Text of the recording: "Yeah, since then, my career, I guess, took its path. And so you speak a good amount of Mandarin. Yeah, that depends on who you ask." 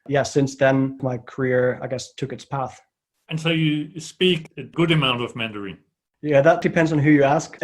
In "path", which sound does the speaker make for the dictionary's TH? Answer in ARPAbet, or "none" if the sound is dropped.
TH